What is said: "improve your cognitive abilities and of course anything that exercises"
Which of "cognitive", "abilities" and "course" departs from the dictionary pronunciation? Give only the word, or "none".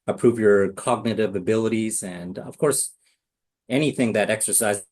none